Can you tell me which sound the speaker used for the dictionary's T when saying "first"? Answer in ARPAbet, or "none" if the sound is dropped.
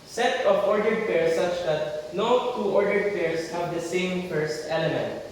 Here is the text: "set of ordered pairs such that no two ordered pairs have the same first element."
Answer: T